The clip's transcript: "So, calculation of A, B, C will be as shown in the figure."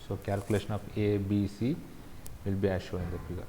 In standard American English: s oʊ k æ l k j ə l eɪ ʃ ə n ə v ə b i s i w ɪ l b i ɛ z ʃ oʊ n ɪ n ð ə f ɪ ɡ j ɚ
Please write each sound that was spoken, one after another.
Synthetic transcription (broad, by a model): s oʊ k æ l k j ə l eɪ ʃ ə n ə f ə b i s i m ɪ l b i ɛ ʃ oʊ ɪ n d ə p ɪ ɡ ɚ